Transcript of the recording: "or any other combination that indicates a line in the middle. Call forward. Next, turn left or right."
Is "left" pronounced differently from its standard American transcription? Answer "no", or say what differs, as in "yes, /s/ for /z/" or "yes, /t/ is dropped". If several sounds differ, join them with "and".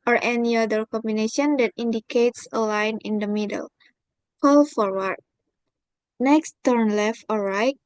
no